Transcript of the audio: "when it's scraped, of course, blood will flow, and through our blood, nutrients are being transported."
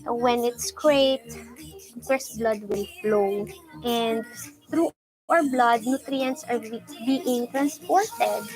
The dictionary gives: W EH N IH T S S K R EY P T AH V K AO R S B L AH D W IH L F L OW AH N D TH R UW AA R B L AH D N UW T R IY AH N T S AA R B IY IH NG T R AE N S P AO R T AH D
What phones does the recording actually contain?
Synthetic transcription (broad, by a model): W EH N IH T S S K R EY T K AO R S B L AH D W IH L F L OW AH N D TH R UW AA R B L AH D N UW T R IY AH N T S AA R B IY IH NG T R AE N S P AO R T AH D